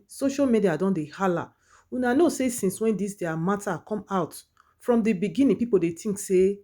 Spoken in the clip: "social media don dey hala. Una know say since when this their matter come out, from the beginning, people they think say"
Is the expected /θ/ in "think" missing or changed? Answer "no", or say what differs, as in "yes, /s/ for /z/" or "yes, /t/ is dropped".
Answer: yes, /t/ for /θ/